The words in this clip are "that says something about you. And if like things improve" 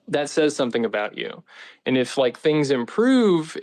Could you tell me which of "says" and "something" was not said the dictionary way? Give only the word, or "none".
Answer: none